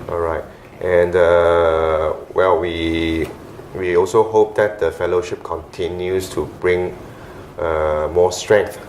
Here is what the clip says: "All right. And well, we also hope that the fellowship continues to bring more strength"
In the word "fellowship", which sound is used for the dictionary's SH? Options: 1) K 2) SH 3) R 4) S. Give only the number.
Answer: 2